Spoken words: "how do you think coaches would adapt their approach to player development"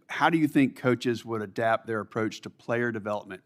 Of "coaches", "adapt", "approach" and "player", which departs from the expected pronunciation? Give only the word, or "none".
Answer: none